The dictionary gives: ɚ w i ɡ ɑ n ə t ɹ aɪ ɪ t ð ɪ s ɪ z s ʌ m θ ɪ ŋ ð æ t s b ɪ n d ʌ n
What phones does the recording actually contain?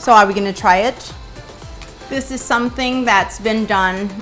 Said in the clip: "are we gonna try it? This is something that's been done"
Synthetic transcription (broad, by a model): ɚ w i ɡ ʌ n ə t ɹ aɪ ɪ t ð ɪ s ɪ z s ʌ m θ ɪ ŋ ð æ t s b ɪ n d ʌ n